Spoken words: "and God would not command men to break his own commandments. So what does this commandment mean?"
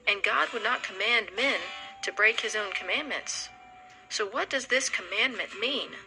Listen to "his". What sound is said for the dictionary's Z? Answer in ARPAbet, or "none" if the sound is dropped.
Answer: Z